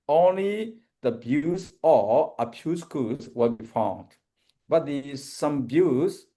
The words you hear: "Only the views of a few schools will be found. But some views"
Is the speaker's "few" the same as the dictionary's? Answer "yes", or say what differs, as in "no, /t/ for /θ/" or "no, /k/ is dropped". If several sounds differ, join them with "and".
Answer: no, /p/ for /f/